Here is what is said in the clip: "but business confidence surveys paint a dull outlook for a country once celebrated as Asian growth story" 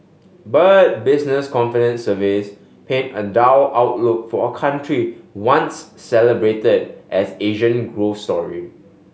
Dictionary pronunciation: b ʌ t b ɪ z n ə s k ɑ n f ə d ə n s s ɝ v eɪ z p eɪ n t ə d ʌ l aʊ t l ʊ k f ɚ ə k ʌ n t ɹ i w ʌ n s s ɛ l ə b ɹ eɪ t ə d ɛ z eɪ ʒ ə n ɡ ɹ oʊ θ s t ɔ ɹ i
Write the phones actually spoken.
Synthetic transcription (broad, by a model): b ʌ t b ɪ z n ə s k ɑ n f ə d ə n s s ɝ v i s p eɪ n ə d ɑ w aʊ t l ʊ k f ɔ ə k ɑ n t ɹ i w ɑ n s s ɛ l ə b ɹ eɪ t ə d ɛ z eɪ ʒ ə n ɡ ɹ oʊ f s t ɔ ɹ i